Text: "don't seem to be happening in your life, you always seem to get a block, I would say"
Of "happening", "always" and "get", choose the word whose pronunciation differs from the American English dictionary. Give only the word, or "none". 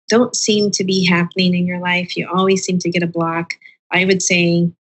none